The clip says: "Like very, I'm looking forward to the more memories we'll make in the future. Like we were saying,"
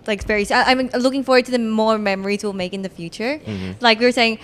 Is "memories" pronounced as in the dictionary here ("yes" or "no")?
yes